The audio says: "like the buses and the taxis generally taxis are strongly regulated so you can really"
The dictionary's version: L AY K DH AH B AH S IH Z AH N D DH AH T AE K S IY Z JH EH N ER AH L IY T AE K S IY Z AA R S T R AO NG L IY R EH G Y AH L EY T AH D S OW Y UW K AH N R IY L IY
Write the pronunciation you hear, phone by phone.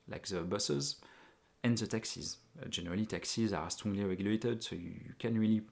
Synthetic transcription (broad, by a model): L AY K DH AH B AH S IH Z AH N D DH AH T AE K S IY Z JH EH N ER AH L IY T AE K S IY Z AA R S T AO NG L IY R EH G Y AH L EY T AH D S OW Y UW K AH N R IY L IY